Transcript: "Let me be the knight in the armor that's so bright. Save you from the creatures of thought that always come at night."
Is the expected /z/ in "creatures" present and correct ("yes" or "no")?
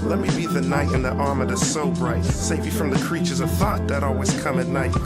yes